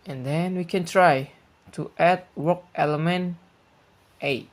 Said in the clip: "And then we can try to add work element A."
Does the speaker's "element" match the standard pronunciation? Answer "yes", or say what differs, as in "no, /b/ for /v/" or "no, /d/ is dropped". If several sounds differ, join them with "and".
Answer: yes